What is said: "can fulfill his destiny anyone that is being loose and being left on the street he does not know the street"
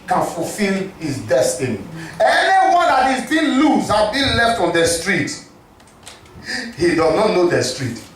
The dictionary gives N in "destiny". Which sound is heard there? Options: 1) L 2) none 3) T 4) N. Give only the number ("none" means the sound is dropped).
4